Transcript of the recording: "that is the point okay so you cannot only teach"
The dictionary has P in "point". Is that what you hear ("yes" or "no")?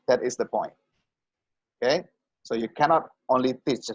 yes